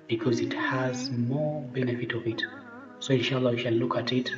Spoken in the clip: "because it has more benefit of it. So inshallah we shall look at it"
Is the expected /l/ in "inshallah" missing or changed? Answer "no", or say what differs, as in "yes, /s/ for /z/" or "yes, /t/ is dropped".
no